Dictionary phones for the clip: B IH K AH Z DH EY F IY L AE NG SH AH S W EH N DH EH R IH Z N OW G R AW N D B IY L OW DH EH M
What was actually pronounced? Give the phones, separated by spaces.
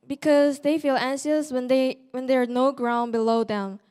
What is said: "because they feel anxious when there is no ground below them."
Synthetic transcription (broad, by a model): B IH K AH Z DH EY F IY L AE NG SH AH S W EH N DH EH W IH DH N OW G R AW N B IY L OW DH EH M